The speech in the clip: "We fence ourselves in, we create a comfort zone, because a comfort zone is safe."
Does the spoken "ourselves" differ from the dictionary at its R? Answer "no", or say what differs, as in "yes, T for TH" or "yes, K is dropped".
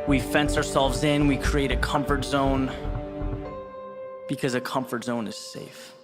no